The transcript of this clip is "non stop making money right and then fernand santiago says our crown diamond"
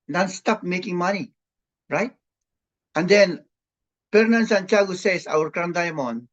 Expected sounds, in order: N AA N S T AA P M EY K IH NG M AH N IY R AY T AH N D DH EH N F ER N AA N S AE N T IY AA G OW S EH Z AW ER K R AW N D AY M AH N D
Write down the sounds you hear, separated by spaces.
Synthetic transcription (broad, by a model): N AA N S T AA P M EY K IH NG M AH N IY R AY T AH N D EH N P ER N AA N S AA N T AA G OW S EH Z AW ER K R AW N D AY M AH N